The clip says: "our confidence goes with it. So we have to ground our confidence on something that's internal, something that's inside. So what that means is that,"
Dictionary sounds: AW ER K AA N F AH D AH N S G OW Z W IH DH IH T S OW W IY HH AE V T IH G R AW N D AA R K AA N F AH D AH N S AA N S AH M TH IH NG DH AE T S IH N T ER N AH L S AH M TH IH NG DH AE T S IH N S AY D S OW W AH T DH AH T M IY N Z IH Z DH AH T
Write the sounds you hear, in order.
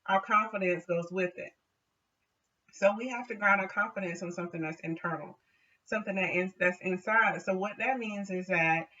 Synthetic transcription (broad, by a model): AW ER K AA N F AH D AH N S G OW Z W IH DH IH T S OW W IY HH AE F T IH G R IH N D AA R K AA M F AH D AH N S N S AH M TH IH NG DH AE T S IH N T ER N L S AH M TH IH NG DH AE T S IH N S AY D S OW W AH T DH AH T M IY N Z IH Z DH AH T